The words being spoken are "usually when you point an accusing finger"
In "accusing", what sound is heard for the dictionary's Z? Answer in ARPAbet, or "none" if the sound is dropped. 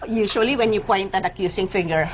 S